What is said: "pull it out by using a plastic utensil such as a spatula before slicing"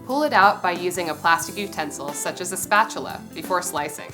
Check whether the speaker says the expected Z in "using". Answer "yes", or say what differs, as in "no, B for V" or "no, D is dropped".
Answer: yes